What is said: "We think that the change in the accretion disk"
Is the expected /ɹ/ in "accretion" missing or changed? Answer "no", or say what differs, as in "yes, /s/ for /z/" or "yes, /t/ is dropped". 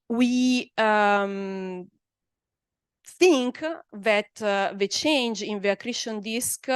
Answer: no